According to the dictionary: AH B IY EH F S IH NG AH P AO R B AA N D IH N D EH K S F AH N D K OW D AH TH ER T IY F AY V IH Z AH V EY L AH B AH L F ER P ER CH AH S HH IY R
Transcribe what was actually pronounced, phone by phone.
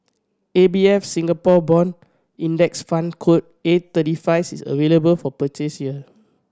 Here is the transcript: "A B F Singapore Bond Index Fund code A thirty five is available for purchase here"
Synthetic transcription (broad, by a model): AH B IY EH F S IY NG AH P AO B AA N IY N D EH K S F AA N K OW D AH T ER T IY F AY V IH S AH V EY L AH B AH L F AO P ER CH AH S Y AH